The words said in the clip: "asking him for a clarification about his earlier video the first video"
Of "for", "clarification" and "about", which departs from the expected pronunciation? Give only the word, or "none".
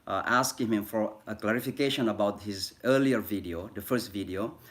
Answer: none